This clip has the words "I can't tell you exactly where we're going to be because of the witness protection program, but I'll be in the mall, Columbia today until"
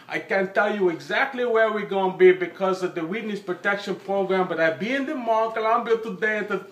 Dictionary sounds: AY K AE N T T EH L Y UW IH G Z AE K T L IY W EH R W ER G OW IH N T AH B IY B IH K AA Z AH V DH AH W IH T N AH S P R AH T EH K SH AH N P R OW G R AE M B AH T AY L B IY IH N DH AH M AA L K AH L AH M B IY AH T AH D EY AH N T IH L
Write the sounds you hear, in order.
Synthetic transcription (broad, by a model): AY K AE N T T EH L Y UW IH G Z AE K T L IY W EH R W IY G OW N B IY B IH K AA Z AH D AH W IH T N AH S P R AH T EH K SH AH N P R OW G R AE M B AH T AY B IY IH N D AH M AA K AH L AH M B IY AH T AH D EY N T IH